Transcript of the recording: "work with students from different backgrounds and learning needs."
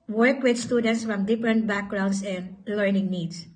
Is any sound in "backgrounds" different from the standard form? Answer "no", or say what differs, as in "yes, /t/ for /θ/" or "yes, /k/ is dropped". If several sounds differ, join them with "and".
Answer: yes, /s/ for /z/